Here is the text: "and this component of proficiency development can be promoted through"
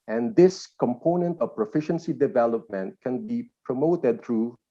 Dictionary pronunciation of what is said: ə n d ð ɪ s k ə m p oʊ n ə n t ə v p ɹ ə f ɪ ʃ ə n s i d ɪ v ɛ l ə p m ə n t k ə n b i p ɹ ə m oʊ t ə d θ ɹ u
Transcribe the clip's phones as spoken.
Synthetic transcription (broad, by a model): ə n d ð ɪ s k ə m p oʊ n ə n t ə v p ɹ ə f ɪ ʃ ə n s i d ɪ v ɛ l ə p m ə n t k ə n b i p ɹ ə m oʊ t ə d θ ɹ u